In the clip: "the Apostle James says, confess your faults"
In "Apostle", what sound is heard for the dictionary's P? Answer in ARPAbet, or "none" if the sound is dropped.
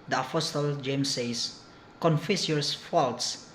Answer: F